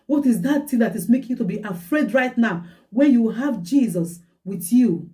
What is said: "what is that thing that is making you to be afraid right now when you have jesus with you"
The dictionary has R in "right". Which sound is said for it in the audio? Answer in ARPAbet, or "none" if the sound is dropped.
R